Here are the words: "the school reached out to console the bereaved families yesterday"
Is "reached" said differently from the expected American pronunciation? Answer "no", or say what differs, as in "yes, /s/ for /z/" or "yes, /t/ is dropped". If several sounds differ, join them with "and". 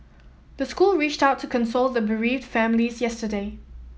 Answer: no